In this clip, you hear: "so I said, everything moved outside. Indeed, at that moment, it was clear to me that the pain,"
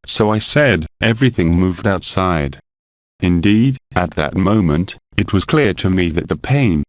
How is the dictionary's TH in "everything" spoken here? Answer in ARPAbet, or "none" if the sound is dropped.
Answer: TH